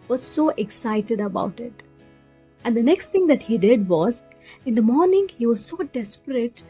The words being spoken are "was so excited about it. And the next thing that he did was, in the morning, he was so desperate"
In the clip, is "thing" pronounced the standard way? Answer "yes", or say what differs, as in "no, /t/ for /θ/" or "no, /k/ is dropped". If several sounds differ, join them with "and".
no, /t/ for /θ/